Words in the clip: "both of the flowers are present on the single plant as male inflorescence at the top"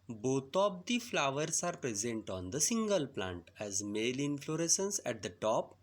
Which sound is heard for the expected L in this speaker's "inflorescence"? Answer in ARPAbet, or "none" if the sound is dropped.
L